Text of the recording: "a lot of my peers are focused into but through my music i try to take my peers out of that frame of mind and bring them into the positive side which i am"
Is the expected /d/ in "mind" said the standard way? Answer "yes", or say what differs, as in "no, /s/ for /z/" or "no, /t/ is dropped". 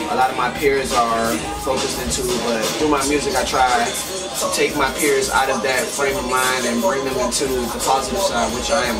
no, /d/ is dropped